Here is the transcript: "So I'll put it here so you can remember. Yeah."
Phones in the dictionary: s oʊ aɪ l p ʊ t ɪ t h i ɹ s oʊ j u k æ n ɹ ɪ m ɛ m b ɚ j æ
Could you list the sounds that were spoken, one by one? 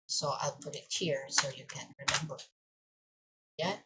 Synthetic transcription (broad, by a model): s oʊ aɪ l p ʊ t ɪ t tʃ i ɹ s oʊ j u k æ n ɹ ɪ m ɛ m b ɚ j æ